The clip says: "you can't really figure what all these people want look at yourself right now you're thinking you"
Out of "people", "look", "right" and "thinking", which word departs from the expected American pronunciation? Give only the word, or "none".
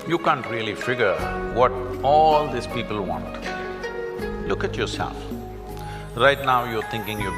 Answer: thinking